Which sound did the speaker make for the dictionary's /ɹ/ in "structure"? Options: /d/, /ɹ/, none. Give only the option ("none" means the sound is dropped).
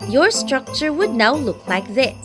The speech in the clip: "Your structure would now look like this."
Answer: /ɹ/